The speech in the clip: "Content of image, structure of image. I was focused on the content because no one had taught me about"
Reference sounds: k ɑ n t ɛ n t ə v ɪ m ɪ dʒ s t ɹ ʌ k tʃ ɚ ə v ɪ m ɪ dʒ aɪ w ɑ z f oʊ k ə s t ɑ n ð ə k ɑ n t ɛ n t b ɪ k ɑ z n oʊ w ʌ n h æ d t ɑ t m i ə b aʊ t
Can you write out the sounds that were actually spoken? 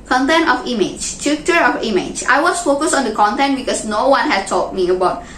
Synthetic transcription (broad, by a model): k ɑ n t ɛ n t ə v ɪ m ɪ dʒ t u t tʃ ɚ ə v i m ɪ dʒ aɪ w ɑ s f oʊ k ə s ɑ n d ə k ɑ n t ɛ n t b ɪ k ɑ s n oʊ w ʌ n h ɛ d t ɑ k m i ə b aʊ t